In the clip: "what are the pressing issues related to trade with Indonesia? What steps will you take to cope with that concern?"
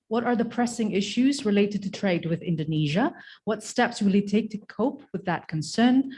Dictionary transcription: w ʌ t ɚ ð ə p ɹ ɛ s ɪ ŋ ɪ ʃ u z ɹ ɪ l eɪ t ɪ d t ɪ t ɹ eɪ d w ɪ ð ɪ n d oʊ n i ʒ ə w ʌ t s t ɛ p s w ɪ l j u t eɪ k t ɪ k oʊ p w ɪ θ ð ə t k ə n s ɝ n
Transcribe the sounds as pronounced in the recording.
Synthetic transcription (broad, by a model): w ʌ t ɚ ð ə p ɹ ɛ s ɪ ŋ ɪ ʃ u z ɹ ɪ l eɪ t ɪ d t ɪ t ɹ eɪ d w ɪ ð ɪ n d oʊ n i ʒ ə w ʌ t s t ɛ p s w ɪ l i t eɪ k t ɪ k oʊ p w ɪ ð ə t k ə n s ɝ n